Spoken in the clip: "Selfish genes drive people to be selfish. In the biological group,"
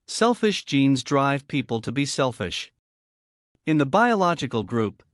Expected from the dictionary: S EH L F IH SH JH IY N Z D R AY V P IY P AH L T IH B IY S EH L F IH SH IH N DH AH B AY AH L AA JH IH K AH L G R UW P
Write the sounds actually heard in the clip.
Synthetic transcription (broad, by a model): S EH L F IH SH JH IY N Z D R AY V P IY P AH L T IH B IY S EH L F IH SH IH N DH AH B AY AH L AA JH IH K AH L G R UW P